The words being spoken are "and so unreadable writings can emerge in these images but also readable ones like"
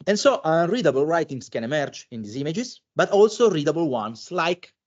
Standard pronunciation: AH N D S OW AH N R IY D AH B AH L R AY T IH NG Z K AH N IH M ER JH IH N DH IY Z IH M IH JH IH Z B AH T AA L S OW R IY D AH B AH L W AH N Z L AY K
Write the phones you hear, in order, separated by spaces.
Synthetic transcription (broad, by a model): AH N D S OW AH N R IY D AH B AH L R AY T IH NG S K AH N IH M ER JH IH N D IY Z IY M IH JH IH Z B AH T AA L S OW R IY D AH B AH L W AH N S L AY K